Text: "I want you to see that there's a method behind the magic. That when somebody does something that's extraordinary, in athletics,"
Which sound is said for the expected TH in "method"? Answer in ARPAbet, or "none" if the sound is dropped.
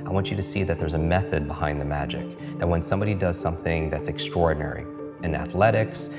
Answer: TH